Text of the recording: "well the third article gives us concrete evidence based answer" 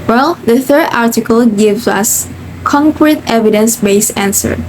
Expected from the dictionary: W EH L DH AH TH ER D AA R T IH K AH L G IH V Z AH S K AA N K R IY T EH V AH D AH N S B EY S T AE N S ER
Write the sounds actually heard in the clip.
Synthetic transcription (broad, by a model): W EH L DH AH TH ER D AA R T IH K AH L G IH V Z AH S K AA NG K R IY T EH V AH D AH N S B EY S AE N S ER